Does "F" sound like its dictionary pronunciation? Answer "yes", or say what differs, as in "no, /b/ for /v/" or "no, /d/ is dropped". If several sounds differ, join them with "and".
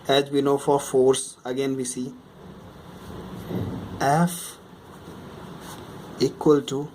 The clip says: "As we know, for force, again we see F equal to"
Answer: yes